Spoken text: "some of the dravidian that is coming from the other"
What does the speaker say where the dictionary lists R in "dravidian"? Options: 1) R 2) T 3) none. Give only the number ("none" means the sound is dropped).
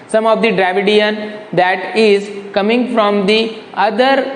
1